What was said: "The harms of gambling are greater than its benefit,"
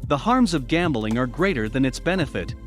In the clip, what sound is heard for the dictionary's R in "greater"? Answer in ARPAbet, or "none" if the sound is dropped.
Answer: R